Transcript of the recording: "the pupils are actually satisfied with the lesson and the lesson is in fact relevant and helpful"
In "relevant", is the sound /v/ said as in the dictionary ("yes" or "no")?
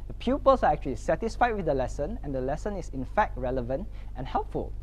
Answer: yes